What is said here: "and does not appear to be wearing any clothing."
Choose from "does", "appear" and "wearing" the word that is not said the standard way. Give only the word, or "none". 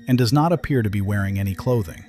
none